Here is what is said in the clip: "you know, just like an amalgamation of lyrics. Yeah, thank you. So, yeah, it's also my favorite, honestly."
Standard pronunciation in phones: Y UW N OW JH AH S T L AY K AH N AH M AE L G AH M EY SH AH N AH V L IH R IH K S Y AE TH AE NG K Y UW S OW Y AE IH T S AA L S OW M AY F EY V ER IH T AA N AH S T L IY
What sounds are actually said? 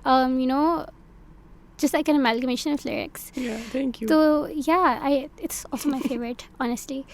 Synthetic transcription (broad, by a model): Y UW N OW JH AH S T L AY K AH N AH M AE L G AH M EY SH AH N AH F L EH R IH K S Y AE T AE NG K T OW Y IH IH T S AA L S OW M AY F EY V ER IH T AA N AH S T L IY